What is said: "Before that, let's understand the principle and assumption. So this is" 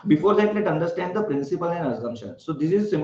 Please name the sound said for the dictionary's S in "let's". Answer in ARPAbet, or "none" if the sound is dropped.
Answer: none